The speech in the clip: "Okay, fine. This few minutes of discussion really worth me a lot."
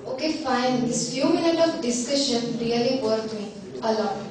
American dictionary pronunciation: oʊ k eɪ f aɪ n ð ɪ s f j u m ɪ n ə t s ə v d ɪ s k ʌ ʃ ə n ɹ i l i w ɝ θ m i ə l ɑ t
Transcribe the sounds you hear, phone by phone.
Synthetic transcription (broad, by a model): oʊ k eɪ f aɪ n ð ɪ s f j u m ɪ n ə t ə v d ɪ s k ʌ ʃ ə n ɹ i l i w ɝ t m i ə l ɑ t